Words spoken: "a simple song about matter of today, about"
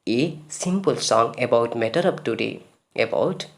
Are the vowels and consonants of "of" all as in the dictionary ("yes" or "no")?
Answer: no